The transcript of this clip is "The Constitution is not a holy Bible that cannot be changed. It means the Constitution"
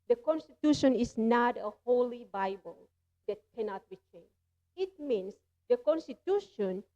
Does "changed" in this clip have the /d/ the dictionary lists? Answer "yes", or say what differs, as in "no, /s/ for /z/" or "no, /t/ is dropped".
no, /d/ is dropped